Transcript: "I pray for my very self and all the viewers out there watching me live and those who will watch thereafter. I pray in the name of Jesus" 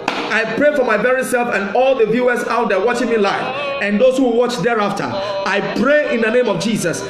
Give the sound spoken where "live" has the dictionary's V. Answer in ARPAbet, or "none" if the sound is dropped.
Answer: F